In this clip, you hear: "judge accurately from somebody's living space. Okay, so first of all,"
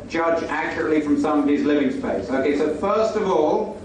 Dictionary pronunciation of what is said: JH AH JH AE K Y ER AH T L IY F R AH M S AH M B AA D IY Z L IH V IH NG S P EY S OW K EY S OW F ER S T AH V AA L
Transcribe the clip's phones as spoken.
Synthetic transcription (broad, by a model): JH AH JH AE K Y ER AH T L IY F R AH M S AH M AH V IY Z L IH V IH NG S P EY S OW K EY S OW F ER S T AH V AA L